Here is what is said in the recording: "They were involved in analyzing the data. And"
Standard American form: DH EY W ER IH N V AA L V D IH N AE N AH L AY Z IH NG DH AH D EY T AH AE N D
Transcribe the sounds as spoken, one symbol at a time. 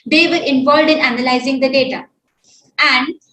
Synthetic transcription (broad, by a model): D EY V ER IH N V AA L V D IH N AE N AH L AY Z IH NG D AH D EY T AH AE N D